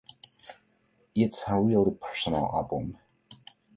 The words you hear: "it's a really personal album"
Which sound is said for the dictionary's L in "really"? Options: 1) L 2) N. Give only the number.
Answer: 1